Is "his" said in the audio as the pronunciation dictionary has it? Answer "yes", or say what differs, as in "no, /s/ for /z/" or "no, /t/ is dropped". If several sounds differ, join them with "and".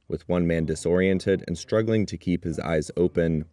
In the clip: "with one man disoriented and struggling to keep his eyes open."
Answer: yes